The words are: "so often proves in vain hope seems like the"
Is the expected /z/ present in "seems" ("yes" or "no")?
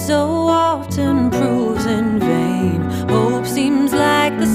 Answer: yes